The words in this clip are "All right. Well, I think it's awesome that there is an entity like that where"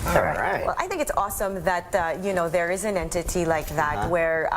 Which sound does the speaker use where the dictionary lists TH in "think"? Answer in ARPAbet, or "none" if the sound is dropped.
TH